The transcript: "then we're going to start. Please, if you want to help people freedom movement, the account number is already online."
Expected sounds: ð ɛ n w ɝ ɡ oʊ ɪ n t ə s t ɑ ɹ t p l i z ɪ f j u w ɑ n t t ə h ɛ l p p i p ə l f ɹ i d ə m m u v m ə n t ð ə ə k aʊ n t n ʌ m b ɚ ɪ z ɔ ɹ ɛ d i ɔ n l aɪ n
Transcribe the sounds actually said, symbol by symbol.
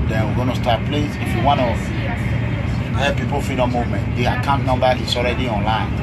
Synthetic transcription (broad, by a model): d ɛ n w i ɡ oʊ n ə s t ɑ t p l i s ɪ f j u w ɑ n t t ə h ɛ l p p i p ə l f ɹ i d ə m m u v m ə n t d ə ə k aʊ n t n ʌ m b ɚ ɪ s ɔ ɹ ɛ d i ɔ n l aɪ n